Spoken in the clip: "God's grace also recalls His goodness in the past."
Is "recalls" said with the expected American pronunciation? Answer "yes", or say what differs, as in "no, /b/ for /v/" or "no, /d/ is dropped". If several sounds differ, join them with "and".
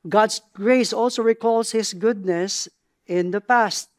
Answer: no, /s/ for /z/